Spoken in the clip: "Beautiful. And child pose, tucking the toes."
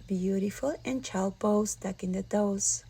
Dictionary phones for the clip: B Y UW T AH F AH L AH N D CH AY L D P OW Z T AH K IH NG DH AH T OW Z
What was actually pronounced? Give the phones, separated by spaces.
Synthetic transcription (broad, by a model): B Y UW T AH F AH L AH N CH AY L D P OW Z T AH K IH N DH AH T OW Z